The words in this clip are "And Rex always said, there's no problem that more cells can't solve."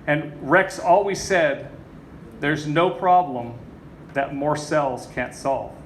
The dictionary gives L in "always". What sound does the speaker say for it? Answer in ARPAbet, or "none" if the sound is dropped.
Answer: L